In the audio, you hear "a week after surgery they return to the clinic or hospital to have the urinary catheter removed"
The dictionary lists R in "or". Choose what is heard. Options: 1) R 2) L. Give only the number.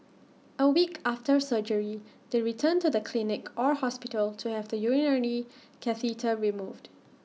1